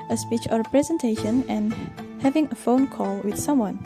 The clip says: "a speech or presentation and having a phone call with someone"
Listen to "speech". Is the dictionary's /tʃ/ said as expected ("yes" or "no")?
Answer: yes